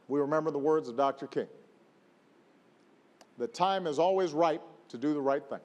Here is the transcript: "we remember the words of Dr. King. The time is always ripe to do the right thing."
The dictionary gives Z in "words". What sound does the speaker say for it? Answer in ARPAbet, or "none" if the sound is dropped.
Z